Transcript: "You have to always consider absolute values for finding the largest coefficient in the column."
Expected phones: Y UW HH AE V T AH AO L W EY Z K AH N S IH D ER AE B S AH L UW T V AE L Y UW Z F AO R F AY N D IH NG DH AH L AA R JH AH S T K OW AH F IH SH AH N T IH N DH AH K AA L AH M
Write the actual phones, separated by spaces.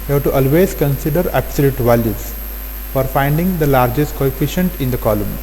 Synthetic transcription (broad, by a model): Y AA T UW T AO L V EY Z K AH N S IH D ER AE B S AH L UW T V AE L Y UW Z F AO R F AY N D IH NG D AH L AA R JH AH S T K OW AH F IH SH AH N T IH N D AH K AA L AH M